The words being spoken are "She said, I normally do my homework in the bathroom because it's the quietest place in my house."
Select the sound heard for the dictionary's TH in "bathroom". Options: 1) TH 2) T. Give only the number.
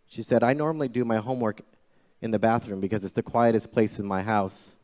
1